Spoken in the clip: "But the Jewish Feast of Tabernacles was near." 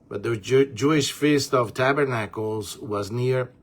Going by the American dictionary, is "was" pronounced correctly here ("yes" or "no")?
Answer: yes